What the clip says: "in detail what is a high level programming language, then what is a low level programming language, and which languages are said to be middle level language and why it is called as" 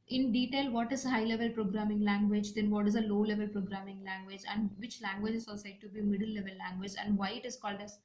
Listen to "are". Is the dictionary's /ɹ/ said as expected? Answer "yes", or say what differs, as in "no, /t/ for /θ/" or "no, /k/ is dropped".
no, /l/ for /ɹ/